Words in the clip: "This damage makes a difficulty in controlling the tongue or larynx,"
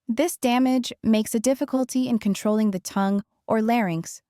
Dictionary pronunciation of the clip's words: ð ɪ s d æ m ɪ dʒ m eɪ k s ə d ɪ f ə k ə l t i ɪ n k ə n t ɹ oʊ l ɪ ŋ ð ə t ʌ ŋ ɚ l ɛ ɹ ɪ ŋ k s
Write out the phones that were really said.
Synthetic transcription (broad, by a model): ð ɪ s d æ m ɪ dʒ m eɪ k s ə d ɪ f ə k ə l t i ɪ n k ə n t ɹ oʊ l ɪ ŋ ð ə t ʌ ŋ ɚ l ɛ ɹ ɪ ŋ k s